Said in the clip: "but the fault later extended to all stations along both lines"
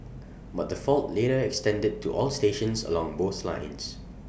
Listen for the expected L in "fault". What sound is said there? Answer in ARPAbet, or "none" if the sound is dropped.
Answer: L